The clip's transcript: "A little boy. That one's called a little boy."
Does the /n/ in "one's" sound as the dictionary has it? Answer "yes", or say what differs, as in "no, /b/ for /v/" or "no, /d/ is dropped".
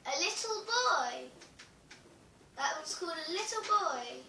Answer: no, /n/ is dropped